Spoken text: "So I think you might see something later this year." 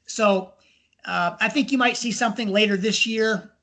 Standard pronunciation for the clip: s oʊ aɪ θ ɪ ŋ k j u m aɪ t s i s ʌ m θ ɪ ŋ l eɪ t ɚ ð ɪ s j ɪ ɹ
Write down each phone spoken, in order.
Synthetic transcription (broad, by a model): s oʊ aɪ θ ɪ ŋ k j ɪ m aɪ t s i s ʌ m θ ɪ ŋ l eɪ t ɚ ð ɪ s j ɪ ɹ